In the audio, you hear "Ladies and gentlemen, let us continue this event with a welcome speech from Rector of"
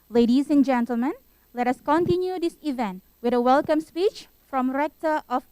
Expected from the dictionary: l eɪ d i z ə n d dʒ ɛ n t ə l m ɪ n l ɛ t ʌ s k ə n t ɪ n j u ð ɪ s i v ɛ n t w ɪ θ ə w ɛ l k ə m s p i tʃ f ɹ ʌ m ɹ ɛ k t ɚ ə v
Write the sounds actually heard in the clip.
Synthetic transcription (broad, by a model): l eɪ d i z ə n dʒ ɛ n t ə l m ɪ n l ɛ t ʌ s k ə n t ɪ n j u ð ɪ s i v ɛ n t w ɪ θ ə w ɛ l k ə m s p i tʃ f ɹ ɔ m ɹ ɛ k t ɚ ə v